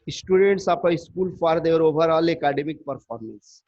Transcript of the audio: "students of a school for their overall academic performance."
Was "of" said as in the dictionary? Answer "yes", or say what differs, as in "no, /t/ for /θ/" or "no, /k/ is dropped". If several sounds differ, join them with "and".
no, /p/ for /v/